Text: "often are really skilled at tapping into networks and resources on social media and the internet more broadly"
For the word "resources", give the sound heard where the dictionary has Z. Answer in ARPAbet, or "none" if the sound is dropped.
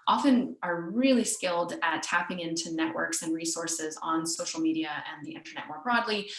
Z